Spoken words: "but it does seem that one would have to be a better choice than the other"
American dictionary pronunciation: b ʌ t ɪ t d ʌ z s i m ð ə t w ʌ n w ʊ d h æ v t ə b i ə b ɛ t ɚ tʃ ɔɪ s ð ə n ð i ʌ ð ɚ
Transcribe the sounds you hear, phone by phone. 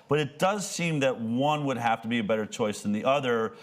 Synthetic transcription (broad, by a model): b ʌ t ɪ t d ʌ z s i m ð ə t w ʌ n w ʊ d h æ f t ə b i ə b ɛ t ɚ tʃ ɔɪ s ð ə n ð i ʌ ð ɚ